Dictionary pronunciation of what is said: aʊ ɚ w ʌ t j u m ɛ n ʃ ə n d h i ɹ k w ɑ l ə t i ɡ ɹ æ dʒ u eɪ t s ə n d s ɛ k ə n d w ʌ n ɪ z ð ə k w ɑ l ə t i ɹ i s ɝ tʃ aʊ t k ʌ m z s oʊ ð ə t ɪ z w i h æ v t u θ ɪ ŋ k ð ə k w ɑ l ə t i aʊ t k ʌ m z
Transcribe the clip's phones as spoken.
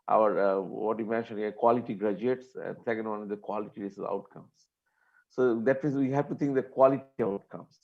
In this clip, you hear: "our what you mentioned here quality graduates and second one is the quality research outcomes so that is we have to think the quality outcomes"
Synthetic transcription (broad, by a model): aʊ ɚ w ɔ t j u m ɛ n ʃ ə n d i k w ɑ l ə t i ɡ ɹ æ dʒ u eɪ t s ə n d s ɛ k ə n d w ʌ n ɪ z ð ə k w ɑ l ə t i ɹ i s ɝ aʊ t k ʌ m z s oʊ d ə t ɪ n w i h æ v t u t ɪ ŋ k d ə k w ɑ l ə t i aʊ t k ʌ m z